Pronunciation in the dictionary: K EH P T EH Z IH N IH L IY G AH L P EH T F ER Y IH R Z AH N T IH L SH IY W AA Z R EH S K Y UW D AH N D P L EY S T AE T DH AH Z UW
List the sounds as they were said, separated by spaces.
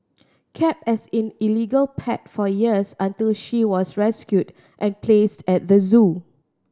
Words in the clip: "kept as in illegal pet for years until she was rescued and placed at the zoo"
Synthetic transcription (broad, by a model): K EH P EH S IH N IH L IY G AH L P EH T F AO Y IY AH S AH N T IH L SH IY W AA S R EH S K Y UW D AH N P L EY S T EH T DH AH Z UW